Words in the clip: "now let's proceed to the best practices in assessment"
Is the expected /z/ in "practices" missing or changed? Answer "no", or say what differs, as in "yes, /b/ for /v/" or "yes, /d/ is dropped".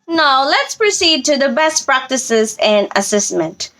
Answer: no